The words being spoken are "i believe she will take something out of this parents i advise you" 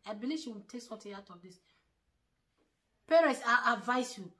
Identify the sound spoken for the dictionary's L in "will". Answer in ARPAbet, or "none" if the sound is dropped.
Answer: N